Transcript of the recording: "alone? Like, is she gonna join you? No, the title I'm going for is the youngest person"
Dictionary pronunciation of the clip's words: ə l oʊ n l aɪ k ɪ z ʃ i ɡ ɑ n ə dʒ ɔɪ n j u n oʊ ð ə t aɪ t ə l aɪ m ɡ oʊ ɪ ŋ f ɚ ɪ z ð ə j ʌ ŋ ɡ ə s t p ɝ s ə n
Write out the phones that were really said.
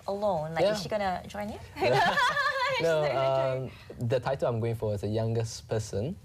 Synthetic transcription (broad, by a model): ə l oʊ n l aɪ ɪ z ʃ i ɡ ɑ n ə dʒ ɔɪ n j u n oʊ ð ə t aɪ t ə l aɪ m ɡ oʊ ɪ ŋ f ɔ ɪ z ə j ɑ ŋ ɡ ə s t p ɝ s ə n